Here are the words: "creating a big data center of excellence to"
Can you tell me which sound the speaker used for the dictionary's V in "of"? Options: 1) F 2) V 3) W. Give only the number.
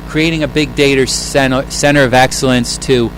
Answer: 2